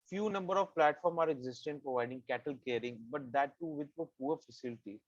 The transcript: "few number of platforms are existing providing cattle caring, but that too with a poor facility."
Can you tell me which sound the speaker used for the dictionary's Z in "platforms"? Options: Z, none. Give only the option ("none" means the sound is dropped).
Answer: none